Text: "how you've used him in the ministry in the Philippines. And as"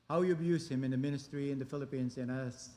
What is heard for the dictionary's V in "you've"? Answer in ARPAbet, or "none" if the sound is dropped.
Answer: B